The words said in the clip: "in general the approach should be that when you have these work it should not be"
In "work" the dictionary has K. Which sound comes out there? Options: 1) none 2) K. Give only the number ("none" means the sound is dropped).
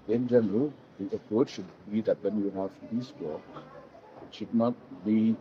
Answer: 1